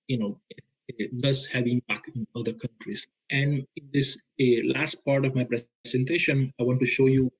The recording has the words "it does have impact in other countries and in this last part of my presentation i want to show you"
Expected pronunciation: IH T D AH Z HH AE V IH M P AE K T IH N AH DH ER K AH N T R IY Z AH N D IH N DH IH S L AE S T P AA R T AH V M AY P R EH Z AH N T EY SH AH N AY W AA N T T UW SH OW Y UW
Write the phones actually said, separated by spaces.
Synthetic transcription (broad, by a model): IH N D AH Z HH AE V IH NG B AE K IH N AH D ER K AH N T R IY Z AH N D IH N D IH S L AE S T P AA R T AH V M AY P R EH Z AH N T EY SH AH N AY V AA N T T UW SH OW Y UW